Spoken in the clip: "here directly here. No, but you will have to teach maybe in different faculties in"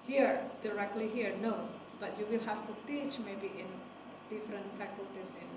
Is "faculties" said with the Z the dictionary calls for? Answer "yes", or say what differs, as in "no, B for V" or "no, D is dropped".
no, S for Z